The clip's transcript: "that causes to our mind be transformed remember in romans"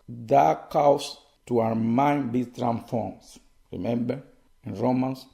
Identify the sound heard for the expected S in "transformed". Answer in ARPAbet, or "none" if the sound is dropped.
none